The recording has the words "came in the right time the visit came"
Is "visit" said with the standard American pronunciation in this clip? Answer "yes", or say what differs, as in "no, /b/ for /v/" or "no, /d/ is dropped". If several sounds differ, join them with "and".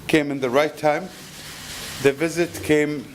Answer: yes